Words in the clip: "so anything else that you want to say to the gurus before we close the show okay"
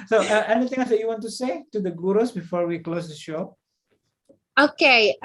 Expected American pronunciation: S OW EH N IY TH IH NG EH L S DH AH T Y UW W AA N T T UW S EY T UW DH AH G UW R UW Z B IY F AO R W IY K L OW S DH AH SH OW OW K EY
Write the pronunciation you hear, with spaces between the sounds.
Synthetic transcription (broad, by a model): S OW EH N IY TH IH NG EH S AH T Y UW W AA N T T UW S EY T UW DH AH G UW R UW S B IY F AO R W IY K L OW S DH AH SH OW OW K EY